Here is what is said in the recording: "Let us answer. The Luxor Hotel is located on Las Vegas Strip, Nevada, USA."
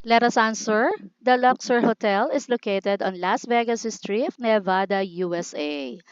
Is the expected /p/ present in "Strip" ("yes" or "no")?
no